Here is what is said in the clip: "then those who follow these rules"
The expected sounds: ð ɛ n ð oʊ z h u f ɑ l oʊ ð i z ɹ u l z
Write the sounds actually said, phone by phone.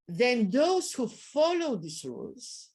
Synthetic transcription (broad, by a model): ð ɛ n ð oʊ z h u f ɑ l oʊ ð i s ɹ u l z